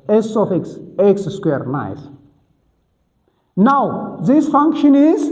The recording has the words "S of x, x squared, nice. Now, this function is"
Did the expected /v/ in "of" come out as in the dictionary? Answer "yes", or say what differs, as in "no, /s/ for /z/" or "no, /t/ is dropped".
no, /f/ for /v/